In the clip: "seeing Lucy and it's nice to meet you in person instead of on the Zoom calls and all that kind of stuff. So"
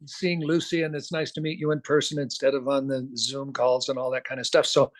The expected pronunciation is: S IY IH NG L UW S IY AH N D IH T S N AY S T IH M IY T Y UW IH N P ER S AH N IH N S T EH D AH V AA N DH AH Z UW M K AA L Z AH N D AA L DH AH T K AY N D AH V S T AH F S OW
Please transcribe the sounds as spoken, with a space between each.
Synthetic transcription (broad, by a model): S IY IH NG L UW S IY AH N IH T S N AY S T IH M IY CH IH IH N P ER S AH N IH N S T EH D AH V N DH AH Z UW M K AA L Z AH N AA L DH AH T K AY N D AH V S T AH F S OW